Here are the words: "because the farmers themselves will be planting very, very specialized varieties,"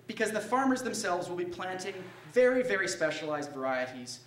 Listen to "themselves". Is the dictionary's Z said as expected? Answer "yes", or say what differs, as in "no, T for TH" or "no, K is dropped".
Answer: yes